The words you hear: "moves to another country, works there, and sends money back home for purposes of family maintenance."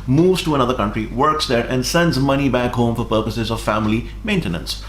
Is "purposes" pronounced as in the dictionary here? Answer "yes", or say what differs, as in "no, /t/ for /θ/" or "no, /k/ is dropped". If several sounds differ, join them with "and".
yes